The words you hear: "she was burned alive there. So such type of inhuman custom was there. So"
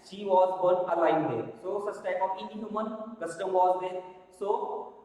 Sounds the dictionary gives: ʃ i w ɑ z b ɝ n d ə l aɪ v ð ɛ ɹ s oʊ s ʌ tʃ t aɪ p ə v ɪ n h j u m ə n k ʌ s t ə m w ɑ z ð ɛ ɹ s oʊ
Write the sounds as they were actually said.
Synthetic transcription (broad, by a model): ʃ i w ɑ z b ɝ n ə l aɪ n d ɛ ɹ s oʊ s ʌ s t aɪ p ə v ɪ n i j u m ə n k ʌ s t ə m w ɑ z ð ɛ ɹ s oʊ